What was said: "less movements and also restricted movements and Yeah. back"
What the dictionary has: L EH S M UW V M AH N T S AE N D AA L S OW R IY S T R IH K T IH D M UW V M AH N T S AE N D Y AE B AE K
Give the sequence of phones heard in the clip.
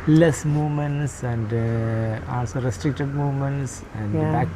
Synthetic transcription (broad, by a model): L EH S M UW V M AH N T S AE N D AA N S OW R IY S T R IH K T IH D M UW V M AH N T S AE N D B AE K